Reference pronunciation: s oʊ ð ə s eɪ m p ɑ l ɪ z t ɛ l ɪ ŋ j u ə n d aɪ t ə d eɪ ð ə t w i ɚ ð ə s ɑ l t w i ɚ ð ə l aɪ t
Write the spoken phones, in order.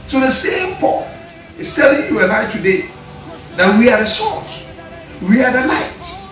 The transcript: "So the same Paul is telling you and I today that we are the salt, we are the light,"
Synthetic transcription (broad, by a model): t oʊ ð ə s eɪ m p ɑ n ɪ s t ɛ l ɪ ŋ j u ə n aɪ t ə d eɪ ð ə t w i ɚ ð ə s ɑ t w i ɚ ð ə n aɪ t